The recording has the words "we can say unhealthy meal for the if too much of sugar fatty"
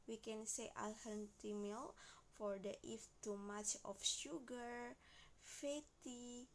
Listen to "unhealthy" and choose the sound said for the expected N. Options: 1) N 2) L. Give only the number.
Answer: 2